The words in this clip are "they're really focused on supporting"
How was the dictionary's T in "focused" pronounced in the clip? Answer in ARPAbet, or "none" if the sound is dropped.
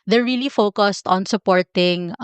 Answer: T